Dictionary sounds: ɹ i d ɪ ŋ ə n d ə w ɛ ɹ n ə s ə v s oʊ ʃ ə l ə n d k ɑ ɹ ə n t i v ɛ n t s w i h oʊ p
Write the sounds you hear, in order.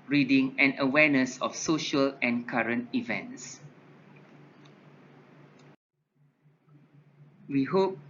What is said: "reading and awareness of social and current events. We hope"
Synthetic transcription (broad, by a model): ɹ i d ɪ ŋ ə n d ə w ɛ n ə s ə f s oʊ ʃ ə l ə n k ɑ ɹ ə n t i v ɛ n t s w i h oʊ p